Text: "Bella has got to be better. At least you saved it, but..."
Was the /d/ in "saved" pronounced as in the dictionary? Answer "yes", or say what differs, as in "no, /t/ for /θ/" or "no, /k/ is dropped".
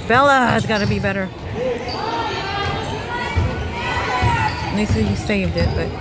yes